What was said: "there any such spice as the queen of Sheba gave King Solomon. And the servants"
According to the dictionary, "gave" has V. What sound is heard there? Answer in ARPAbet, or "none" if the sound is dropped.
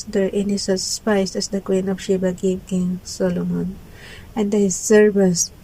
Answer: P